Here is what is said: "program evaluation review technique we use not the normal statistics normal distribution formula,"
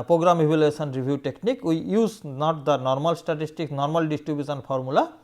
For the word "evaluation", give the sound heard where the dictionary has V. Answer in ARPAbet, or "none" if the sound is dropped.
B